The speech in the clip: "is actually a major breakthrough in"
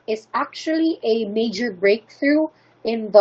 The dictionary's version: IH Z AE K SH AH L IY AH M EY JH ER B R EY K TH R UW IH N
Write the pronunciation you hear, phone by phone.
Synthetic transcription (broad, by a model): IH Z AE K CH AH L IY AH M EY JH ER B R EY K TH R UW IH N